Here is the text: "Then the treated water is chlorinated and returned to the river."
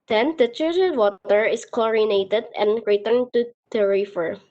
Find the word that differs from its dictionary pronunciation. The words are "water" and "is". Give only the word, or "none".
is